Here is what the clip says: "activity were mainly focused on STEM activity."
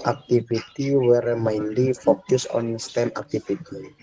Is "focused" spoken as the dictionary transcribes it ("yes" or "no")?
no